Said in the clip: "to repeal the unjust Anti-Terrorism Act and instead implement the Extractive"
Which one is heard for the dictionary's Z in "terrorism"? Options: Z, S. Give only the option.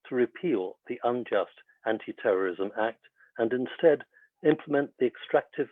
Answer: Z